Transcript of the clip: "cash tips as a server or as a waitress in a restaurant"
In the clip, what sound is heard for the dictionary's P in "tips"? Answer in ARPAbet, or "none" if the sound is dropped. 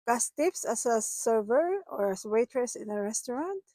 F